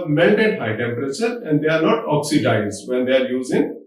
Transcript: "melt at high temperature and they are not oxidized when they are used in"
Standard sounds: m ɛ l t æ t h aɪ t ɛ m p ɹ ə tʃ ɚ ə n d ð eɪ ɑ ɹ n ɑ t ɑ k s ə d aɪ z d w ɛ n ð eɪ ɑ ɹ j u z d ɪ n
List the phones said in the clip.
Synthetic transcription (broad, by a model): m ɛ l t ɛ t h aɪ t ɛ m p ɹ ə tʃ ɚ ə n d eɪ ɑ ɹ n ɑ t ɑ k s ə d aɪ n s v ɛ n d eɪ ɑ ɹ j u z ɪ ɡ